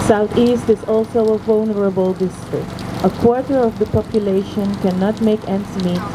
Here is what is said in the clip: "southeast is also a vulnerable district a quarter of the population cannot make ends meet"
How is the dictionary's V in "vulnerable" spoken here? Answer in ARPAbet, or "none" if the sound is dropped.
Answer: V